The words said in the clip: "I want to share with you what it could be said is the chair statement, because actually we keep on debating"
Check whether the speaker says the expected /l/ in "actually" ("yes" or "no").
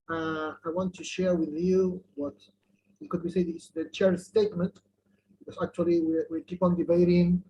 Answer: no